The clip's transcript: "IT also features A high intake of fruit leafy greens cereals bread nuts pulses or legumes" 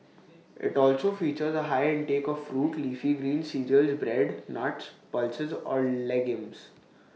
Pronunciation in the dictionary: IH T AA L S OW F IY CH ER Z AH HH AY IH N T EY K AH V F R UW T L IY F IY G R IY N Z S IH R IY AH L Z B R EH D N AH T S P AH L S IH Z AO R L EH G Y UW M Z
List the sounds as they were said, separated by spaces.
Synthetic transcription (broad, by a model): IH T AA L S OW F IY CH ER Z AH HH AY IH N T EY K AH V F R UW T L IY F IY G R IY N S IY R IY AH L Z B R EH D N AH T S P AH L S IH Z AO R L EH G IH M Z